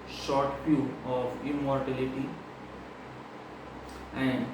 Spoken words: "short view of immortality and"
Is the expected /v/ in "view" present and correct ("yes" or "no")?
no